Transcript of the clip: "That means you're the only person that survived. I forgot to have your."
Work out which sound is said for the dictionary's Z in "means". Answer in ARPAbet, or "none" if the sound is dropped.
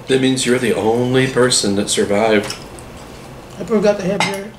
Z